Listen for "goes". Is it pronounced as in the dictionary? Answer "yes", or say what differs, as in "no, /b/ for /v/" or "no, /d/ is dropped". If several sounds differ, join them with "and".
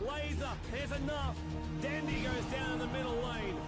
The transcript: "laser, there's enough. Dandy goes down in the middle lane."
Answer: yes